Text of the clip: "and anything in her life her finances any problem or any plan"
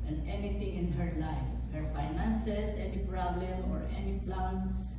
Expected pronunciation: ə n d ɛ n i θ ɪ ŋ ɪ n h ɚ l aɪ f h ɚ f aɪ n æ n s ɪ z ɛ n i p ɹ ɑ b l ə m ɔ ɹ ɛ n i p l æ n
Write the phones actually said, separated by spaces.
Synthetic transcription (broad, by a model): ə n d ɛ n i t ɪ ŋ ɪ n h ɚ l aɪ f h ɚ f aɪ n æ n s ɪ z ɛ n i p ɹ ɑ b l ə m ɔ ɹ ɛ n i p l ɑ n